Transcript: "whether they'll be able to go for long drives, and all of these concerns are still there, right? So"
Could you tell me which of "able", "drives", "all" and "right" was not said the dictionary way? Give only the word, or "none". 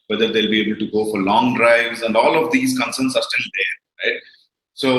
none